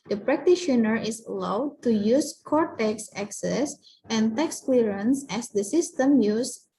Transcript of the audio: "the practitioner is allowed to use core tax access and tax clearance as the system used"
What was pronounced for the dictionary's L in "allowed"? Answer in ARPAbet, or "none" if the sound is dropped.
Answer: L